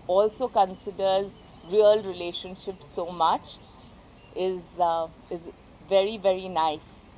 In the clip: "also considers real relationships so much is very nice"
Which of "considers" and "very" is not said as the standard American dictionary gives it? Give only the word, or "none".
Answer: none